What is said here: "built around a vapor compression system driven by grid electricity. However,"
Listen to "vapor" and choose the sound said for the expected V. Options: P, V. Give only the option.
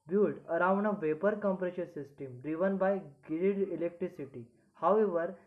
V